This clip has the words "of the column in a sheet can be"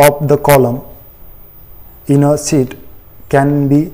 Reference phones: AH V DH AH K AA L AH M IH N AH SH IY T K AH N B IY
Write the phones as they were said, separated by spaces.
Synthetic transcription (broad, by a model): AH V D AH K AA L AH M IH N AH S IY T K AH N B IY